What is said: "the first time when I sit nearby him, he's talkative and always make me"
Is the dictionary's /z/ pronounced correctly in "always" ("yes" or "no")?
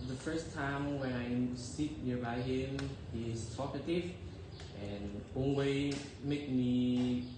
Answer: no